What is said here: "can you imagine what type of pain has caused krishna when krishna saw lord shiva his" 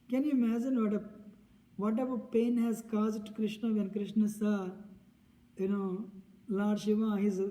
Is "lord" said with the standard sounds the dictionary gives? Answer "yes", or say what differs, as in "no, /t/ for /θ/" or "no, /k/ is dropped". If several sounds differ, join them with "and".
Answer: no, /n/ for /l/ and /l/ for /ɹ/